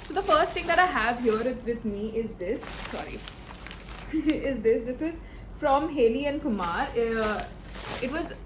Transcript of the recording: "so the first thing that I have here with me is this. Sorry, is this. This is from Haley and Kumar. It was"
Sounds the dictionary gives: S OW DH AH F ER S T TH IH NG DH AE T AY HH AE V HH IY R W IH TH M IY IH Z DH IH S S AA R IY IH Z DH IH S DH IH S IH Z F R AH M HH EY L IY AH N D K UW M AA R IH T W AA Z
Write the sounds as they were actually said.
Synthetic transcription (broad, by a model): S OW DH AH F ER S T T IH NG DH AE T AY HH AE V HH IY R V IH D M IY IH Z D IH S S AA R IY IH Z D IH S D IH S IH Z F R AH M HH EY L IY AH N D K UW M AA R IH T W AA Z